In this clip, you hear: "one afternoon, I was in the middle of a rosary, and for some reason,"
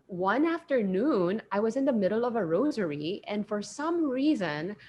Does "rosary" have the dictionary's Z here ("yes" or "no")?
yes